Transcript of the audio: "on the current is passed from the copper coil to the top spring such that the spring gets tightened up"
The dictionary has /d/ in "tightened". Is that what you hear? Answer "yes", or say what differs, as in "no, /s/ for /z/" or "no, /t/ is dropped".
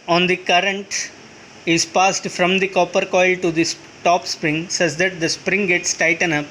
no, /d/ is dropped